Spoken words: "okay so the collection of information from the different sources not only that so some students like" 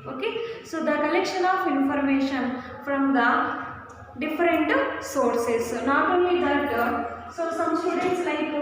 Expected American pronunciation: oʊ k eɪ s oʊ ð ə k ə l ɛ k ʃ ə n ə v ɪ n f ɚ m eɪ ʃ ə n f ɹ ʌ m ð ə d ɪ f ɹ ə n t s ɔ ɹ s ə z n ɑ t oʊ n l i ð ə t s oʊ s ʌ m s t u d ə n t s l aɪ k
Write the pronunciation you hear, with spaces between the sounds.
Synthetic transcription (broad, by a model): oʊ k eɪ s oʊ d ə k ə l ɛ k ʃ ə n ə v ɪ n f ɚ m eɪ ʃ ə n f ɹ ʌ m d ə d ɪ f ɹ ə n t s ɔ ɹ s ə s n ɑ t oʊ n l i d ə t s oʊ s ʌ m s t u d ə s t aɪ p